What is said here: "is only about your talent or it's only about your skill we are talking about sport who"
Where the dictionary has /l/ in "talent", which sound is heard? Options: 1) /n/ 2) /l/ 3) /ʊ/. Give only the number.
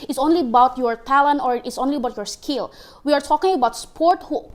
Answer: 2